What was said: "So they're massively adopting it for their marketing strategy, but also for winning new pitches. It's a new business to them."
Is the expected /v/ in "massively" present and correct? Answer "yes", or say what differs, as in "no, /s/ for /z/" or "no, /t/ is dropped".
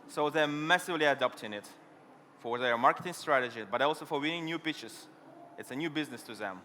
yes